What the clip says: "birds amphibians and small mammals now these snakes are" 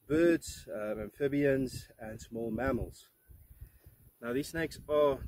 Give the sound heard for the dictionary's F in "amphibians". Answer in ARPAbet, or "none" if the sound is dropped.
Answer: F